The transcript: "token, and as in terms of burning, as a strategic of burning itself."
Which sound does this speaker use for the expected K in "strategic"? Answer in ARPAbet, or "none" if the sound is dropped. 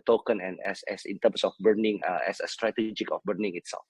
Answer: K